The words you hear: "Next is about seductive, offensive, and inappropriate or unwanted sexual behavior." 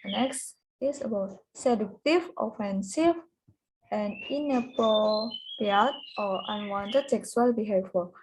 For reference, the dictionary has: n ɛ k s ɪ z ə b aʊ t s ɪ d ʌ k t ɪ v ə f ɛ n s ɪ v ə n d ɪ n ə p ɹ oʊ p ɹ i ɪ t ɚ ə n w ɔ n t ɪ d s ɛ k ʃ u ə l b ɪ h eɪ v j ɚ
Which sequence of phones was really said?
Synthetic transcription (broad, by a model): n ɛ k s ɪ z ə b aʊ t s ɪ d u k t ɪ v ə f ɛ n s ɪ v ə n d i n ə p oʊ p i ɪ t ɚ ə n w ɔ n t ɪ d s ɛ k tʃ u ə l b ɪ h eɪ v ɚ